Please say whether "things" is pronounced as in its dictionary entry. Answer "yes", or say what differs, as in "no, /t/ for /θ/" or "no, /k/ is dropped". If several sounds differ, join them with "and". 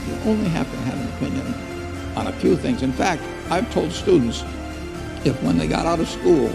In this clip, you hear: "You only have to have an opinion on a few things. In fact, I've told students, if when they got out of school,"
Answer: yes